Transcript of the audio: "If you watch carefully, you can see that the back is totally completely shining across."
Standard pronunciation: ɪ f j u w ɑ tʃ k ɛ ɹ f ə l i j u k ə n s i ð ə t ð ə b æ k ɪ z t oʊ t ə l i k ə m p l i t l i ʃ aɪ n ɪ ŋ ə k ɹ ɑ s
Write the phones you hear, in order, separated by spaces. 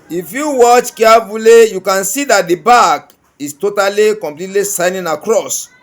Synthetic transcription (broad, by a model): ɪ f j u w ɑ tʃ k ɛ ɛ f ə l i j u k ə n s i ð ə t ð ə b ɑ k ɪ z t oʊ t ə l i k ə m p l i t l i s aɪ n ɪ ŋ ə k ɹ ɑ s